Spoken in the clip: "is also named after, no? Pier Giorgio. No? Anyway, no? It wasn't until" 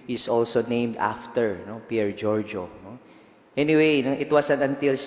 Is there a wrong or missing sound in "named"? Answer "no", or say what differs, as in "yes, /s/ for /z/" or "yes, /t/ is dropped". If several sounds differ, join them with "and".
no